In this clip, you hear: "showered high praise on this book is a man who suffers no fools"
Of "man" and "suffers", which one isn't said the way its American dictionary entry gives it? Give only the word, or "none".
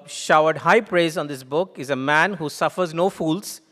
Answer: none